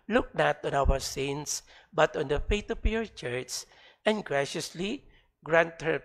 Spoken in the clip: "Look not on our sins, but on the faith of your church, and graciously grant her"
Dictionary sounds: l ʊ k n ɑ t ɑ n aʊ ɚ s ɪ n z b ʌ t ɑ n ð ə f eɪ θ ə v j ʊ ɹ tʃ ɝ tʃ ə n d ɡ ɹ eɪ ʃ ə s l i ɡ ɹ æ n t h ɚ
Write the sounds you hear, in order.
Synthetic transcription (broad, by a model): l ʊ k n ɑ t ɑ n aʊ ɚ s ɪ n s b ʌ t ɑ n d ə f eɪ t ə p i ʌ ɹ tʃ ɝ s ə n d ɡ ɹ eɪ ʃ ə s l i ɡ ɹ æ n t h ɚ